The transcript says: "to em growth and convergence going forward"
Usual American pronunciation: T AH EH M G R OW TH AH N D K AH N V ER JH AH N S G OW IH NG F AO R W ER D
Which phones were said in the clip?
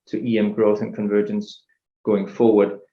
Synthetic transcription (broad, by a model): T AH EH M G R OW TH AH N K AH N V ER JH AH N S G OW IH NG F AO R W ER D